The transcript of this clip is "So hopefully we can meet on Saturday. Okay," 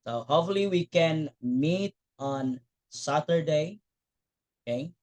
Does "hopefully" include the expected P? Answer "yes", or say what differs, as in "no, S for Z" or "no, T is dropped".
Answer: no, P is dropped